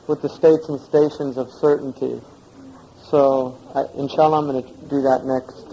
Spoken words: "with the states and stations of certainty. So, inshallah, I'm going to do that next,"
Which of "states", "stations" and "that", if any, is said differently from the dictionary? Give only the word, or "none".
none